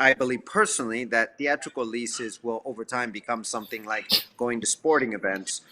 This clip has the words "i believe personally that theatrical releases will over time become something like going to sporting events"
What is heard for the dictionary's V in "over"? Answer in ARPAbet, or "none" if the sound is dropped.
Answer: V